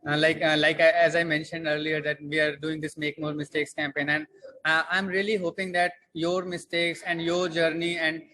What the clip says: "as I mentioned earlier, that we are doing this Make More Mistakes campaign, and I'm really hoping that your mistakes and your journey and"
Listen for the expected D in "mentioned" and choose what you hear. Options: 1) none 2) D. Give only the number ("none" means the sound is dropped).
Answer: 2